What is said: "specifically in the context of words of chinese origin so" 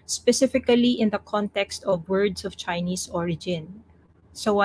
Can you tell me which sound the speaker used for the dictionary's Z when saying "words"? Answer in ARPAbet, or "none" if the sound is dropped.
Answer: S